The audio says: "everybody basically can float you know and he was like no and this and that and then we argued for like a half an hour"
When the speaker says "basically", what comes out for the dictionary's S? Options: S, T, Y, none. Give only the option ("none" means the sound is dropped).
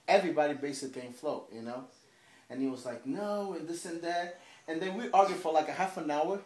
none